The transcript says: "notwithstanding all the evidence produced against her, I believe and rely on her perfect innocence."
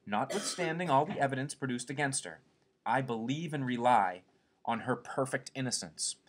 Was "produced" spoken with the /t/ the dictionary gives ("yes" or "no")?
yes